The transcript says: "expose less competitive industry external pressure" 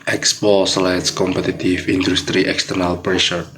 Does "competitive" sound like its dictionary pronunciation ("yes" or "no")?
no